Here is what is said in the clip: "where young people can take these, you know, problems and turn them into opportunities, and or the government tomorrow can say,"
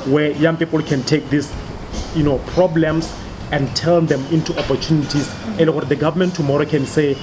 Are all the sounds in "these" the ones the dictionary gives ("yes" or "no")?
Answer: no